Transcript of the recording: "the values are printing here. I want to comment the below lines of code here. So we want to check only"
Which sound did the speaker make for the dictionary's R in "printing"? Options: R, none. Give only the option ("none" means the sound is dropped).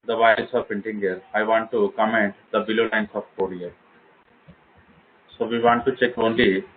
none